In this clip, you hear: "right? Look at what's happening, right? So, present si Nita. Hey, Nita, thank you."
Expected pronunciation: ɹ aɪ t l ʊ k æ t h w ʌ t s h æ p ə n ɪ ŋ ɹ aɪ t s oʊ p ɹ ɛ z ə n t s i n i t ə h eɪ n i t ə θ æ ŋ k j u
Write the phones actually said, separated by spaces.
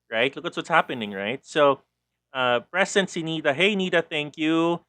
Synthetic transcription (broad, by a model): ɹ aɪ t l ʊ k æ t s w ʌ t s h æ p ə n ɪ ŋ ɹ aɪ t s oʊ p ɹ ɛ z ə n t s i n i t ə h eɪ n i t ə θ æ ŋ k j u